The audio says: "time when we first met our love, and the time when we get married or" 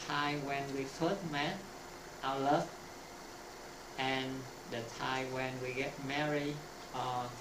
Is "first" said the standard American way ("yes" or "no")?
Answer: no